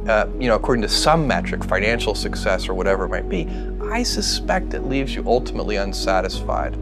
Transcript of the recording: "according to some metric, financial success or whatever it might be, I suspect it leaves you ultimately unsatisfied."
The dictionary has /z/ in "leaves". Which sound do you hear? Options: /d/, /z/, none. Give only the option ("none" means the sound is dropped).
/z/